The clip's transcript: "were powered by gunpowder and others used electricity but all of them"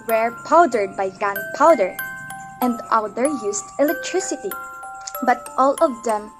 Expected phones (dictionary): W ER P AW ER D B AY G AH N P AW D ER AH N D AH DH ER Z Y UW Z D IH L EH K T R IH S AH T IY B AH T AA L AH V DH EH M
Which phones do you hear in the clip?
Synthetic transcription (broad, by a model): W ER P AW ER D B AY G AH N P AW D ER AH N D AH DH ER Y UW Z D IH L EH K T R IH S AH T IY B AH T AA L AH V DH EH M